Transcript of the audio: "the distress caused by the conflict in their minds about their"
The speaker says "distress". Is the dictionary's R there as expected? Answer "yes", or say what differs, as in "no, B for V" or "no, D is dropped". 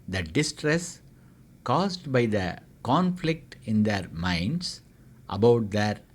yes